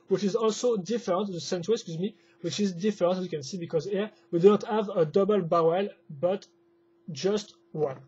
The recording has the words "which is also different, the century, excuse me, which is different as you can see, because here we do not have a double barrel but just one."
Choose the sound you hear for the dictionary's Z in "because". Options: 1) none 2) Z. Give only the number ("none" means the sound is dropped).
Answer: 2